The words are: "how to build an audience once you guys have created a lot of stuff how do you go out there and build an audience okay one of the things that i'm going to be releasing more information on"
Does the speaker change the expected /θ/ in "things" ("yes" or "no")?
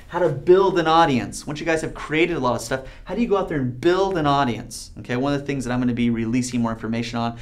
no